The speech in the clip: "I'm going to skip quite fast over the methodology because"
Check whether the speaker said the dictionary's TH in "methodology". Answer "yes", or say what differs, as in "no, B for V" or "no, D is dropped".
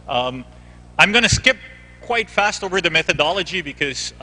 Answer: yes